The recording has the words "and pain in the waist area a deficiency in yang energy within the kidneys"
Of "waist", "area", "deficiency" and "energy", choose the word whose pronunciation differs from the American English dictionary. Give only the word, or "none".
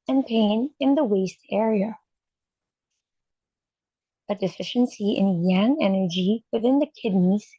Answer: none